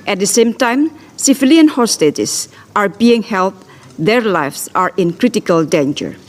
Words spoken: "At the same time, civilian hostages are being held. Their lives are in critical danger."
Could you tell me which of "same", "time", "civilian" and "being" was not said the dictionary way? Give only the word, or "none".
civilian